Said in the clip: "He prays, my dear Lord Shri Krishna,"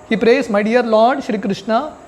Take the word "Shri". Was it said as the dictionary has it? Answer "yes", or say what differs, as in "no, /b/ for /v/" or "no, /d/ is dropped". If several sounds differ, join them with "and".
yes